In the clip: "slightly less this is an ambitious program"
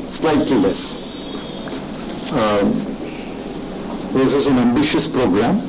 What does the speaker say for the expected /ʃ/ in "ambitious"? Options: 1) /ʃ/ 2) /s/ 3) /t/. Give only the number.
1